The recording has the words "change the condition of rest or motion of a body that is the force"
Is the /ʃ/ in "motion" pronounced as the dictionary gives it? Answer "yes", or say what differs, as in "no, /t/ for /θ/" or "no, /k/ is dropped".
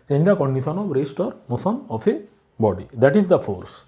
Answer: no, /s/ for /ʃ/